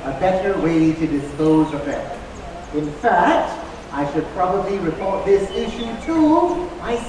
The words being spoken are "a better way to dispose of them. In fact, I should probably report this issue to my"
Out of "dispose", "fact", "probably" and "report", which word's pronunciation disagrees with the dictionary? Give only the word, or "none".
none